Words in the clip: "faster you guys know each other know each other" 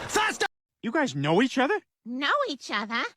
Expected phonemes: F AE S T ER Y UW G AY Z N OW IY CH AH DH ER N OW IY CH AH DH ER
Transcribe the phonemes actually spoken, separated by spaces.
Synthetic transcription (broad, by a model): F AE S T Y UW G AY Z N OW IY CH AH DH ER N OW IY CH AH DH ER